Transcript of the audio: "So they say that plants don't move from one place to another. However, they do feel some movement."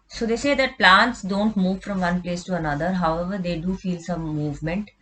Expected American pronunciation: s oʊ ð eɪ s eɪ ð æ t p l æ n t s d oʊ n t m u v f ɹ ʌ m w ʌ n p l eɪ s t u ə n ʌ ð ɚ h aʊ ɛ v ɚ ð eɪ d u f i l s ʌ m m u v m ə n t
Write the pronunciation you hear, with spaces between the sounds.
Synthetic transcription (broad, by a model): s oʊ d eɪ s eɪ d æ t p l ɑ n t s d oʊ n t m u v f ɹ ʌ m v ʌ n p l eɪ s t u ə n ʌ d ɚ h aʊ ɛ v ɚ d eɪ d u f i l s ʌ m m u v m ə n t